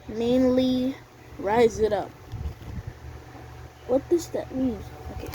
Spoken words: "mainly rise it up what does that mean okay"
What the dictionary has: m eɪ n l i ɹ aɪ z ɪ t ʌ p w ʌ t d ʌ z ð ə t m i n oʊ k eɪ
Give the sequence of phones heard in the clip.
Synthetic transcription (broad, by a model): m eɪ n l i ɹ aɪ z ɪ t ʌ p w ʌ t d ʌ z ð ə t m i n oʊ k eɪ